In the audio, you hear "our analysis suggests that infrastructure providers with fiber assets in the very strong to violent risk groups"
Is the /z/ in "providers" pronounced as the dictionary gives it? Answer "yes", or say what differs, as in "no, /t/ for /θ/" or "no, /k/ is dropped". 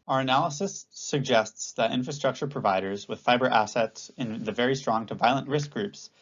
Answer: yes